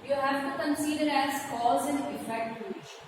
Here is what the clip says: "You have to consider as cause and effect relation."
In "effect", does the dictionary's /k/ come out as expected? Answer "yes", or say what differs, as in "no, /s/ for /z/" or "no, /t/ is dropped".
no, /k/ is dropped